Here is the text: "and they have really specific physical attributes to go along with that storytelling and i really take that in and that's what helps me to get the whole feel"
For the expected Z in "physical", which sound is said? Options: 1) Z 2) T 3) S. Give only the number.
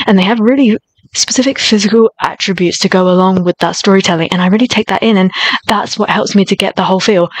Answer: 1